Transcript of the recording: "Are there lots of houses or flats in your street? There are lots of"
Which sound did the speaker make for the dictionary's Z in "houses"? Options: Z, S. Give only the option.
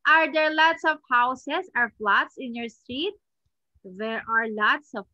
S